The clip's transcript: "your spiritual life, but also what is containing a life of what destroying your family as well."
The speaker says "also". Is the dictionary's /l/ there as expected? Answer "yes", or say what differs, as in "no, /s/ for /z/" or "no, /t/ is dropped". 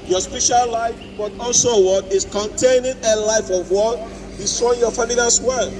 yes